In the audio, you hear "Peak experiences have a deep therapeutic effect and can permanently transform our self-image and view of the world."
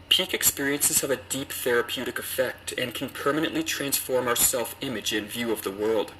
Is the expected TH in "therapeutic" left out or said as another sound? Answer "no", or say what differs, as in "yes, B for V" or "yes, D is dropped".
no